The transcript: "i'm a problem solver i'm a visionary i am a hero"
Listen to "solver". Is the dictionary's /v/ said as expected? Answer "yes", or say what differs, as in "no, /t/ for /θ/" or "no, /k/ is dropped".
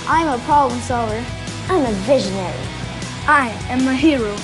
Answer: no, /v/ is dropped